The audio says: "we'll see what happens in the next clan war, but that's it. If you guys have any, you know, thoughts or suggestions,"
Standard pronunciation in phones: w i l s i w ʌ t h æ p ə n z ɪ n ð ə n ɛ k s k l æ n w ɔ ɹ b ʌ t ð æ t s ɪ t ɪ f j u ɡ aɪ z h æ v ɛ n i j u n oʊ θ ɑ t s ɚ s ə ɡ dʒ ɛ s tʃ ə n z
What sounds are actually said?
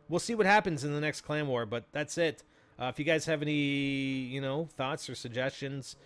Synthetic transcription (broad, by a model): w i l s i w ʌ t h æ p ə n z ɪ n ð ə n ɛ k s k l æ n w ɔ ɹ b ʌ t ð æ t s ɪ t ɪ f j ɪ ɡ aɪ z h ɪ v ɛ n i j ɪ n oʊ θ ɑ t s ɚ s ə ɡ dʒ ɛ s tʃ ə n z